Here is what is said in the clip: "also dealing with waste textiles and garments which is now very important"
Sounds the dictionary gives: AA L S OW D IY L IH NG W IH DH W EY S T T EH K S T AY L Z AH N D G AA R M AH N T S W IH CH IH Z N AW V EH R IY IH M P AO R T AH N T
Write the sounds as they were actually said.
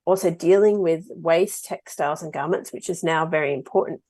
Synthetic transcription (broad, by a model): AA L S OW D IY L IH NG W IH DH W EY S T T EH K S T AY L Z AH N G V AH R M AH N T S W IH CH IH Z N AW V EH R IY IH M P AO R T N T